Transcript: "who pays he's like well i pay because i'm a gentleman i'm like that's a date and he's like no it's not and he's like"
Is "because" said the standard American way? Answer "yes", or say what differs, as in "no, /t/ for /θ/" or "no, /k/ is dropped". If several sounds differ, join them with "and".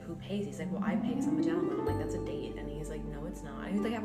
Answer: no, /k/ is dropped and /s/ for /z/